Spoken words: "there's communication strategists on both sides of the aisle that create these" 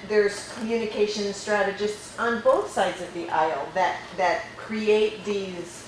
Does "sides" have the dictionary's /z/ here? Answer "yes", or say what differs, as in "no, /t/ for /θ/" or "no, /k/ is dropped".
yes